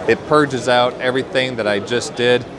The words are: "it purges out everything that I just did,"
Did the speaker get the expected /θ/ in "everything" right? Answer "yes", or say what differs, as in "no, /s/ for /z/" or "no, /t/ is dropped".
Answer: yes